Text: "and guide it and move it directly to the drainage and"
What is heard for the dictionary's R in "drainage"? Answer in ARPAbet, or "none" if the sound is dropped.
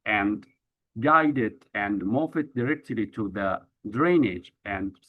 R